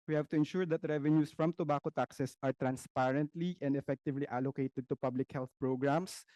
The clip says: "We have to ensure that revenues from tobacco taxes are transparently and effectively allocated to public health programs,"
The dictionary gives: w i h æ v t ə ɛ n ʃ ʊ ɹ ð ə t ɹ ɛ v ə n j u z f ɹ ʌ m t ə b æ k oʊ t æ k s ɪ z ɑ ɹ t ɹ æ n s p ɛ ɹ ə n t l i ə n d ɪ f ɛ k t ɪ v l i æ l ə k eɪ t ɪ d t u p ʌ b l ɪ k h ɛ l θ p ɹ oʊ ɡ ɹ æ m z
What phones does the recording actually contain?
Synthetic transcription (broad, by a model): w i h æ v t ə ɛ n ʃ ʊ ɹ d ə t ɹ ɛ v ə n j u s f ɹ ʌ m t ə b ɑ k oʊ t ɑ k s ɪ s ɑ ɹ t ɹ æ n s p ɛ ɹ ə n t l i ə n d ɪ f ɛ k t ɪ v l i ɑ l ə k eɪ t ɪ d t u p ʌ b l ɪ k h ɛ l θ p ɹ oʊ ɡ ɹ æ m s